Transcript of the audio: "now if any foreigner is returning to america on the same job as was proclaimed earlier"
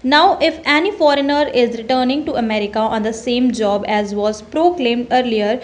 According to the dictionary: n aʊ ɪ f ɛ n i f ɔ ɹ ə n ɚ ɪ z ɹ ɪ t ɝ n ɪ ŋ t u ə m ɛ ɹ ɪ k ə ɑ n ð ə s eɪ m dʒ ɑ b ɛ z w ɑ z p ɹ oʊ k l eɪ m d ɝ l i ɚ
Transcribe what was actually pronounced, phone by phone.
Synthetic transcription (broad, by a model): n aʊ ɪ f ɛ n i f ɔ ɹ ə n ɚ ɪ z ɹ ɪ t ɝ n ɪ ŋ t u ə m ɛ ɹ ɪ k ə ɑ n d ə s eɪ m dʒ ɑ b ɛ z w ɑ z p ɹ oʊ k l eɪ m d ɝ l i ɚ